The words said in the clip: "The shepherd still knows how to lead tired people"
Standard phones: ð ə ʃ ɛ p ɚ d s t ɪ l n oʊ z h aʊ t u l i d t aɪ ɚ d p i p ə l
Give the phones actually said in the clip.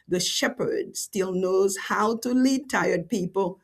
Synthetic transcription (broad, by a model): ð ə ʃ ɛ p ɚ d s t ɪ l n oʊ z h aʊ t u l i d t aɪ ɚ d p i p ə l